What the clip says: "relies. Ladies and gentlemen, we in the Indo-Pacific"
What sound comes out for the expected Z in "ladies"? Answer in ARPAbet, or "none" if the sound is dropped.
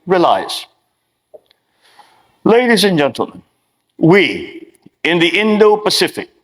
Z